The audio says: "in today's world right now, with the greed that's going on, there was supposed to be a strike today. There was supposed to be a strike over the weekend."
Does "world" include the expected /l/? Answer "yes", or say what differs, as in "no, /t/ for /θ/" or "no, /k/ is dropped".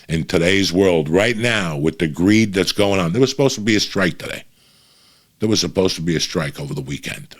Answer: yes